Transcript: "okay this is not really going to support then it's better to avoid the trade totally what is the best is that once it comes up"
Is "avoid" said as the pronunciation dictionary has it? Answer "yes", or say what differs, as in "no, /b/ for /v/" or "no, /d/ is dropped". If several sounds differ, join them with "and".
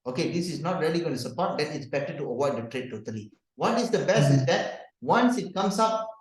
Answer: no, /w/ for /v/